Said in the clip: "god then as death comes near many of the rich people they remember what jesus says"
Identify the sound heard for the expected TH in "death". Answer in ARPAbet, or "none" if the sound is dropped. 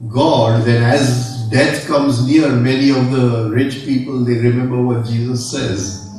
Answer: T